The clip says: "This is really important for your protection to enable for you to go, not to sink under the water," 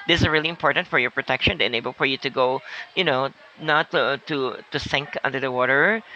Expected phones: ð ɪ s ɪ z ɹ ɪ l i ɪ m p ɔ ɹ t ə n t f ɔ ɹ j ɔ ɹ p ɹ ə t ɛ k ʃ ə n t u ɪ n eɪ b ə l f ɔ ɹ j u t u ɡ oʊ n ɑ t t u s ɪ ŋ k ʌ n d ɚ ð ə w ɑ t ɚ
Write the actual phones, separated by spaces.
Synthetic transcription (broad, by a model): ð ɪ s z ɹ ɪ l i ɪ m p ɔ ɹ t ə n t f ɔ ɹ j ɔ ɹ p ɹ ə t ɛ k ʃ ə n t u ɪ n eɪ b ə l f ɔ ɹ j u t u ɡ oʊ n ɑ t t u s ɪ ŋ k ʌ n d ɚ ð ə w ɑ t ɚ